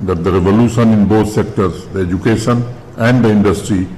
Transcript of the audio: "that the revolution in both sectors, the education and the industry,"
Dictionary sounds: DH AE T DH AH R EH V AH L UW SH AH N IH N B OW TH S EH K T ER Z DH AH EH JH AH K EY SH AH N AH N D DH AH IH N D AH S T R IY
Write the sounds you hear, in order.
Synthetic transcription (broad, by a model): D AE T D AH R EH V AH L UW SH AH N IH N B OW T S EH K T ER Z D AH EH JH AH K EY SH AH N AH N D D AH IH N D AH S T R IY